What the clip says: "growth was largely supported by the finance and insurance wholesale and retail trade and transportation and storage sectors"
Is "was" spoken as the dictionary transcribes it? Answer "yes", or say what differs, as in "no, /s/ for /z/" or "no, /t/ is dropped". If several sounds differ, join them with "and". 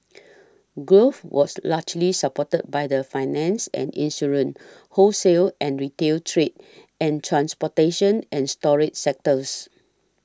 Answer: no, /s/ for /z/